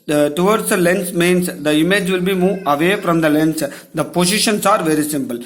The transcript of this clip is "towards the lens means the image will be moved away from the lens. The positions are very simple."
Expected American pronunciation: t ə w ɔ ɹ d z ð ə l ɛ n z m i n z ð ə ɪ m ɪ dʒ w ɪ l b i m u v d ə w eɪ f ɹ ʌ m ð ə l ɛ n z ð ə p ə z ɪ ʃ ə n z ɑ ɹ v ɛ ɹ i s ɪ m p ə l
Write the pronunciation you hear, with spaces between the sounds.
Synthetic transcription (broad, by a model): t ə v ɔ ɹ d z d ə l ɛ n s m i n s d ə ɪ m ɪ dʒ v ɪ l b i m u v ə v eɪ f ɹ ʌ m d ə l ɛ n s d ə p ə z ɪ ʃ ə n s ɑ ɹ v ɛ ɹ i s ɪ m p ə l